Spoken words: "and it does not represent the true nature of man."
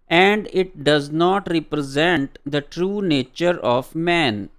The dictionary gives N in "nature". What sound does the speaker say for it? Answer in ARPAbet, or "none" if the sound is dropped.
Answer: N